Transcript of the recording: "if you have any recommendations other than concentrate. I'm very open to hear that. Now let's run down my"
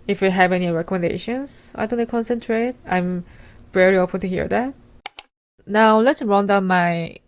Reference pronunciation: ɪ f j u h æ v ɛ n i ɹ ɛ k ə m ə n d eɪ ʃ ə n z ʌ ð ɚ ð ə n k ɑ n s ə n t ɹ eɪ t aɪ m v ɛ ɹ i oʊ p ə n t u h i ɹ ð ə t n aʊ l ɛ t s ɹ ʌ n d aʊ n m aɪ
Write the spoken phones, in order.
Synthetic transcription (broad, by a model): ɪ f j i h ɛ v ɛ n i ɹ ɛ k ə m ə n d eɪ ʃ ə n s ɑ ɪ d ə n k ɑ n s ə n t ɹ eɪ t aɪ m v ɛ ɹ i oʊ p ə n t u h i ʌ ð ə t n aʊ l ɛ t s ɹ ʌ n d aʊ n m aɪ